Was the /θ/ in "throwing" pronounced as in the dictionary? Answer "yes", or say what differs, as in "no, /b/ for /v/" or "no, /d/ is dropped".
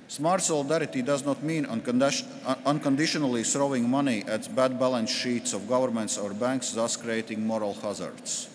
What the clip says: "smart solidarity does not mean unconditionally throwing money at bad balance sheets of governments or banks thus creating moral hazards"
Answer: no, /t/ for /θ/